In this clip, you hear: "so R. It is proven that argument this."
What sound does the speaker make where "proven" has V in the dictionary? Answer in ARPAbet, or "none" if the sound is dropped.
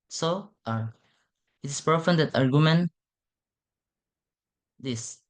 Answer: F